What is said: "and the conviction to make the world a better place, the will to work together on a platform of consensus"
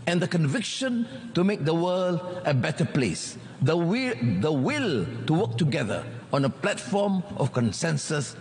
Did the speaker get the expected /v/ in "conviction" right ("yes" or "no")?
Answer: yes